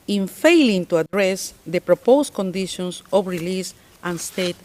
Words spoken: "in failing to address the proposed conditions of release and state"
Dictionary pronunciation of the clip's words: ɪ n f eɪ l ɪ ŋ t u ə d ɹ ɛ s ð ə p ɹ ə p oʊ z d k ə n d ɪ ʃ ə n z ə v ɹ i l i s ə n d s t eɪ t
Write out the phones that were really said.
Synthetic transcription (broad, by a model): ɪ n f eɪ l ɪ ŋ t u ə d ɹ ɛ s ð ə p ɹ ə p oʊ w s k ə n d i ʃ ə n s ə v ɹ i l i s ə n s t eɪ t